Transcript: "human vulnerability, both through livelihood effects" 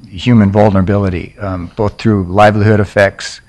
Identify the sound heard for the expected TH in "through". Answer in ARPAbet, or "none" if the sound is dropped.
TH